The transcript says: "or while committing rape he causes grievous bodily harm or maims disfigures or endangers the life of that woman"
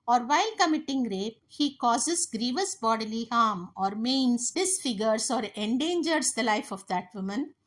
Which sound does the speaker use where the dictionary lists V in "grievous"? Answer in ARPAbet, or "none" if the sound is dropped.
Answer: V